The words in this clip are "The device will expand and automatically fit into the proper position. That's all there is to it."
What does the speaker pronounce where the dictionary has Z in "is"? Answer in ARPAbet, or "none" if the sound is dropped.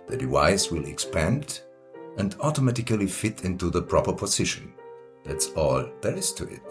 S